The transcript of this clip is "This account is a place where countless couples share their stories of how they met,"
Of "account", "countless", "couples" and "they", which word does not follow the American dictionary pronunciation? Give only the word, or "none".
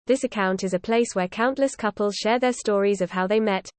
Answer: none